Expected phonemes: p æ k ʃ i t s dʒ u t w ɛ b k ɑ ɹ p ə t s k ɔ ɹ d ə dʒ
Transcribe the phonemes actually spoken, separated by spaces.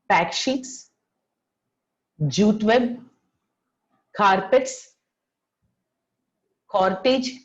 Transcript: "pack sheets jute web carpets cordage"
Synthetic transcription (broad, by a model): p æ k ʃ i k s dʒ u t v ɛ b k ɑ ɹ p ə t s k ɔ ɹ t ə dʒ